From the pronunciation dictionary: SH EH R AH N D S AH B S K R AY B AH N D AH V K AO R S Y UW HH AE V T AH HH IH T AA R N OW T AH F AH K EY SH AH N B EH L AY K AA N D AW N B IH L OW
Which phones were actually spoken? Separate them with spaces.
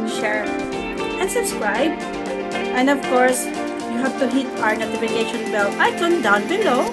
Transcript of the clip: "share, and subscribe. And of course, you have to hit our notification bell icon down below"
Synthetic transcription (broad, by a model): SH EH R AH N S AH B S K R AY B AH N D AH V K AO R S Y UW HH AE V T AH HH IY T AA R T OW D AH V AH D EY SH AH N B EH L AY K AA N D AW N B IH L OW